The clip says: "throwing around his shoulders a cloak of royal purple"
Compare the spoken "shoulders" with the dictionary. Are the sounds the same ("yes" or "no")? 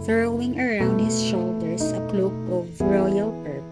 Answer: no